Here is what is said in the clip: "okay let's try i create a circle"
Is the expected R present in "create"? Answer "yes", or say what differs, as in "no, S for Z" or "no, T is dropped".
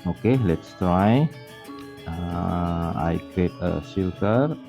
no, R is dropped